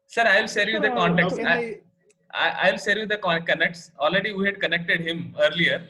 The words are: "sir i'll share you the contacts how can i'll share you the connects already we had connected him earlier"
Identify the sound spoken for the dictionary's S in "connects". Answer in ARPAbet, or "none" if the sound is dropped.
S